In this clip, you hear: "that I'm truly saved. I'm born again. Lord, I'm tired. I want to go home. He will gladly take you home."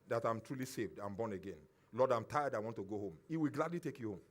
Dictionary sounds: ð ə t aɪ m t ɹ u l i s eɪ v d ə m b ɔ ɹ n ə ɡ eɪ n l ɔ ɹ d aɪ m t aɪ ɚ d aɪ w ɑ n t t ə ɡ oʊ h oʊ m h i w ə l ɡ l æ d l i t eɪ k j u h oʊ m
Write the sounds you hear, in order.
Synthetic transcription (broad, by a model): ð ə t aɪ m t ɹ u l i s eɪ v d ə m b ɔ n ə ɡ eɪ n l ɔ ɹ d aɪ m t aɪ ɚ d aɪ w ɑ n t t ə ɡ oʊ h oʊ m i w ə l ɡ l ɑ d l i t eɪ k j u h oʊ m